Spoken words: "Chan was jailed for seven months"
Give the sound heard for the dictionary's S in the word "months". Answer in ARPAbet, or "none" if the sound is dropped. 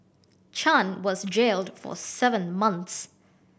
S